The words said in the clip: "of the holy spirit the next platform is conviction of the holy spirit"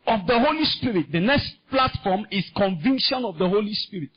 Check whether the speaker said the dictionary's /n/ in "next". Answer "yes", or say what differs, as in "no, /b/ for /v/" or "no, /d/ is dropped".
yes